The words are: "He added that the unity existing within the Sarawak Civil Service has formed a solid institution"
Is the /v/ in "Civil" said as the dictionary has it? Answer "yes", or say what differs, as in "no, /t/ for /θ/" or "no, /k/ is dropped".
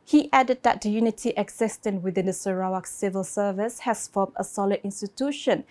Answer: yes